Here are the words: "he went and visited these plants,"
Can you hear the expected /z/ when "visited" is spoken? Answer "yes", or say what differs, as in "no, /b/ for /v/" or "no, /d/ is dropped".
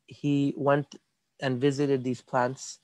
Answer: yes